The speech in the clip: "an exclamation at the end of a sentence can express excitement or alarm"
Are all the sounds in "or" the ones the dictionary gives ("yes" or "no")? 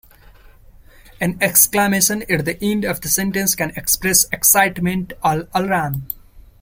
no